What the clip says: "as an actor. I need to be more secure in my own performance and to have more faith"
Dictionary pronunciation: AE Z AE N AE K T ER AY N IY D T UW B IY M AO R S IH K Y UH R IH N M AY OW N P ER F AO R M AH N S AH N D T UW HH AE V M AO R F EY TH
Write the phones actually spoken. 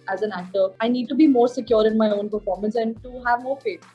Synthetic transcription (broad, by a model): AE Z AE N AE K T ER AY N IY D T UW B IY M AO R S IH K Y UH R IH N M AY OW N P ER F AO R M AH N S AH N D T UW HH AE V M AO R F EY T